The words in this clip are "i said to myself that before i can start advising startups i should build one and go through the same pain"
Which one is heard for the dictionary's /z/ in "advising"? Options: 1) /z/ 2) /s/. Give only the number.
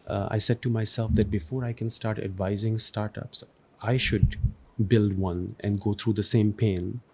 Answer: 1